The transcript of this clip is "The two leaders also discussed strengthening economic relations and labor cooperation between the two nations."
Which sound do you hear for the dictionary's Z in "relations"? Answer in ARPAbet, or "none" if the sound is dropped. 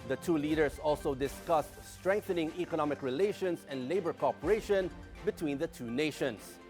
S